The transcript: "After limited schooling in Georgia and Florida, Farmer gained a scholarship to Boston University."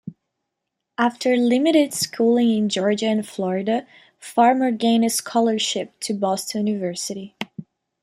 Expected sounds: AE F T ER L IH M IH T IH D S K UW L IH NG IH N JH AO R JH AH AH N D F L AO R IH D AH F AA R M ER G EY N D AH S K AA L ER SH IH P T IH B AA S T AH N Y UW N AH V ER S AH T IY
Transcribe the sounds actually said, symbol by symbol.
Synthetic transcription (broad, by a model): AE F T ER L IH M IH T IH D S K UW L IH NG IH N JH AO R JH AH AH N F L AO R IH D AH F AA R M ER G EY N AH S K AA L ER SH IH P T IH B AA S T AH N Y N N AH V ER S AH T IY